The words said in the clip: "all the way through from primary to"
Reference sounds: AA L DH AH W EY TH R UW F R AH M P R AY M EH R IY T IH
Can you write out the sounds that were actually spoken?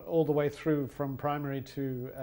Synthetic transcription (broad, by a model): AA L DH AH W EY TH R UW F R AH M P R AY M EH R IY T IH